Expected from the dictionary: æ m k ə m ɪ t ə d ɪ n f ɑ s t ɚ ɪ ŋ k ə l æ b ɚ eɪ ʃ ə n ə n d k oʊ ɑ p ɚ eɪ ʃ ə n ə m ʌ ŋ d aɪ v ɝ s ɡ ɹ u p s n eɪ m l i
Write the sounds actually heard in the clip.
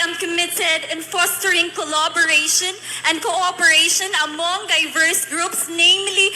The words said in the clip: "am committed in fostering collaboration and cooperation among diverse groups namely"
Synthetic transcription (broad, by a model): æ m k ə m ɪ t ə d ɪ n f ɑ s t ɚ ɪ ŋ k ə l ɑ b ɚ eɪ ʃ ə n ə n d k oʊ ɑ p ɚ eɪ ʃ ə n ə m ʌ ŋ d aɪ v ɝ s ɡ ɹ u p s n eɪ m l i